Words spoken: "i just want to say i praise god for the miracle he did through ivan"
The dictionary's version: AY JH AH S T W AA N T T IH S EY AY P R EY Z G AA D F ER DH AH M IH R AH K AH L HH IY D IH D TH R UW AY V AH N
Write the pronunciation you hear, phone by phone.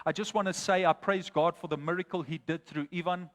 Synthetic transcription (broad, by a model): AY JH AH S T W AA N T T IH S EY AY P R EY Z G AA D F ER DH AH M IH R AH K AH L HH IY D IH D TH R UW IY V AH N